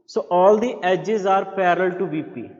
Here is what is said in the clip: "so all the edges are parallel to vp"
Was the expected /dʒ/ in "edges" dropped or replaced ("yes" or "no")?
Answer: no